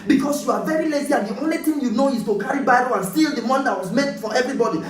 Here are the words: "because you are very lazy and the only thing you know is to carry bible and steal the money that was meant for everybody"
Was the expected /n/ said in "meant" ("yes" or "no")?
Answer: no